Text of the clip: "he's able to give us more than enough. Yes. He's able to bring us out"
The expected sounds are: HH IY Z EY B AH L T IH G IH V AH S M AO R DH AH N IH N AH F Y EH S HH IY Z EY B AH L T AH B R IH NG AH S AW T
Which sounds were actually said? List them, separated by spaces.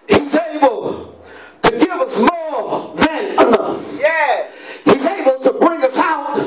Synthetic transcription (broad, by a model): HH IY Z EY B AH L T IH G IH V AH S M AO R DH AH N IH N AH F Y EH HH IY Z EY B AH L T AH B R IH NG AH S AW T